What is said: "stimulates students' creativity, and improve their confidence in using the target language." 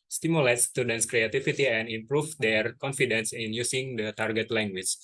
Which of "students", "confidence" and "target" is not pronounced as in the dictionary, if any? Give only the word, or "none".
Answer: none